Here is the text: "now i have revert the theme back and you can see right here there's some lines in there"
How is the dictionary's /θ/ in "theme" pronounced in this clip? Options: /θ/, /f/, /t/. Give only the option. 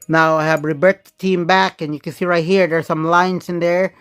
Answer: /t/